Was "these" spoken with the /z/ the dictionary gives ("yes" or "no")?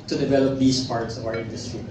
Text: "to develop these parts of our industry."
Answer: no